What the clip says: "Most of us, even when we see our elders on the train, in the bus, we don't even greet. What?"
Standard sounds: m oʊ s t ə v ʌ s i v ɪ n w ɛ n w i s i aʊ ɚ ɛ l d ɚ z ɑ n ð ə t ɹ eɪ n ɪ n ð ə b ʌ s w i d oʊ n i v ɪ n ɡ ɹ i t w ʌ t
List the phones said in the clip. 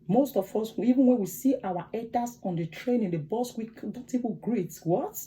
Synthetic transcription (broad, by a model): m oʊ s t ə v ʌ s i v ɪ n w ɛ n w i s i aʊ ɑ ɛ d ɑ s ɑ n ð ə t ɹ eɪ n ɪ n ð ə b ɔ s w i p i p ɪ ɡ ɹ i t w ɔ t